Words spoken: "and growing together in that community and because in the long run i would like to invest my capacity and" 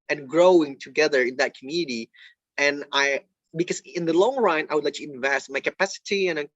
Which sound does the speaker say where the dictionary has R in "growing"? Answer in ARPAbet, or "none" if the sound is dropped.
R